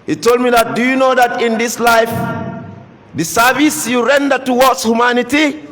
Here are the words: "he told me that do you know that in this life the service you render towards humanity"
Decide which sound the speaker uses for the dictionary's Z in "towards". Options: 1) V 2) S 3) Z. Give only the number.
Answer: 2